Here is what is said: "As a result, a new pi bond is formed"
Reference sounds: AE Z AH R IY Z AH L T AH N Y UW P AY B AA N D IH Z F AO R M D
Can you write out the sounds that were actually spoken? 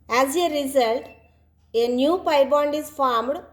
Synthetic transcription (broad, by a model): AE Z AH R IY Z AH L T AH N Y UW P AY B AA N D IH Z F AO R M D